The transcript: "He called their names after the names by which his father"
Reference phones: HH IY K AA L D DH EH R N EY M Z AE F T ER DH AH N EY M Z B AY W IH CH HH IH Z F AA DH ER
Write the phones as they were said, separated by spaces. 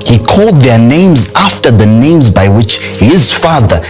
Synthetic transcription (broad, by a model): HH IY K AA L D DH EH R N EY M Z AE F T ER DH AH N EY M Z B AY W IH CH HH IH Z F AA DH ER